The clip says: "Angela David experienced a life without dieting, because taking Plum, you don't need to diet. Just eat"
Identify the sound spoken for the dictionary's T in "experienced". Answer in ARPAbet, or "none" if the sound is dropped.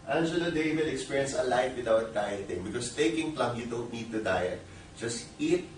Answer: none